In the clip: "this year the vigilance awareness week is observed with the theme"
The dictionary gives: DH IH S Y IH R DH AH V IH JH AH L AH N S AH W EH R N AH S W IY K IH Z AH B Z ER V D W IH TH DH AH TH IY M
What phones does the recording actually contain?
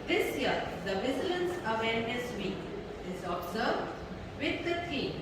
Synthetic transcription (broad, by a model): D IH S Y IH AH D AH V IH Z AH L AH N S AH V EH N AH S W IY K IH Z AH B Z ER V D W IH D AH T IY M